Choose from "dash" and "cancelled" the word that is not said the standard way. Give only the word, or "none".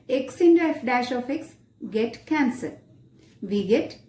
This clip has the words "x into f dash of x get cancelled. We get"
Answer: cancelled